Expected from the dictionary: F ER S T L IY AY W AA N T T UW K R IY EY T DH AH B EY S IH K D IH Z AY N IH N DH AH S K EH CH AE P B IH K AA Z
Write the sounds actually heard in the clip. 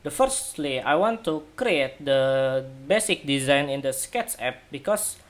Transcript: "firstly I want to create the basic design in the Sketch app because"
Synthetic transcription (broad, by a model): F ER S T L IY AY W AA N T T UW K R IY EY T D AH B EY S IH K D IH Z AY N IH N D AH S K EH S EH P B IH K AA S